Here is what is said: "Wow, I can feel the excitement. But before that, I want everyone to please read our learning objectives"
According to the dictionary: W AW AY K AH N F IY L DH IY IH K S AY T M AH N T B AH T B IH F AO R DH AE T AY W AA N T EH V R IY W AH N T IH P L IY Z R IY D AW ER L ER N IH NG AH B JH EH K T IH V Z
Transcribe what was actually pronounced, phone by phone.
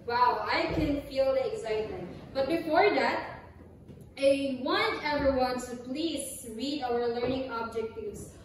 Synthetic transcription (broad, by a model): W AW AY K AH N F IY L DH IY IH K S AY T M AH N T B AH T B IH F AO R DH AE T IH W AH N EH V R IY W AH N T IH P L IY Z R IY D AW ER L ER N IH NG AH B JH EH K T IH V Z